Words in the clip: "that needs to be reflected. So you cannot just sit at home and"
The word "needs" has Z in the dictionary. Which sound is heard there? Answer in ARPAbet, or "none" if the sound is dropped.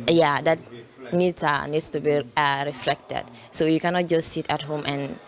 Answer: S